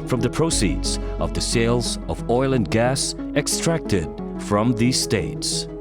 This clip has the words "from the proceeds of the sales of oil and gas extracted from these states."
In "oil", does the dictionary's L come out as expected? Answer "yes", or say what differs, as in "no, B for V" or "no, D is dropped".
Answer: yes